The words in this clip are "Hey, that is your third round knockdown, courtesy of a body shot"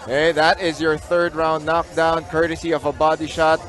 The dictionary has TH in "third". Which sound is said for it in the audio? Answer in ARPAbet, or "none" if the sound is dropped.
TH